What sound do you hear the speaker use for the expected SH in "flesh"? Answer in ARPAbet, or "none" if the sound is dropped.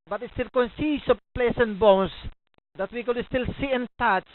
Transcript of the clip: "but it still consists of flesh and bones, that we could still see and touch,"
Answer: S